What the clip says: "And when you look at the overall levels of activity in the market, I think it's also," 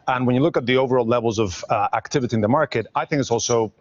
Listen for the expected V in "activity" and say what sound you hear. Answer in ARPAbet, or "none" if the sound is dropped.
V